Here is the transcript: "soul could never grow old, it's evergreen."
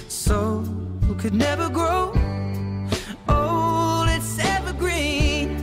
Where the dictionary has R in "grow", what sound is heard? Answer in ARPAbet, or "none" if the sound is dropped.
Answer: R